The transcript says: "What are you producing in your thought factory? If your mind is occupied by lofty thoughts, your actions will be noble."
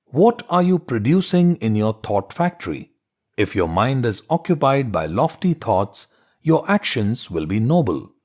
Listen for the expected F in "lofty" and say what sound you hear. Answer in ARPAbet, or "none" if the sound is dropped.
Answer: F